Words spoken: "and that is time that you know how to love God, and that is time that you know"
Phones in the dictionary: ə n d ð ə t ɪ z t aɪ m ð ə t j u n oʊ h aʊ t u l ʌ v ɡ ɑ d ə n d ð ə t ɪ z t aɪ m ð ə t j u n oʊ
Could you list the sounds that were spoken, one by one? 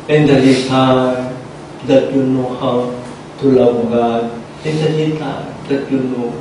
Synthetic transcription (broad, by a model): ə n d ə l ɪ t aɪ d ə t j u n oʊ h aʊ t u l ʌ w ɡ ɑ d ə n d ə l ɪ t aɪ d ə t j u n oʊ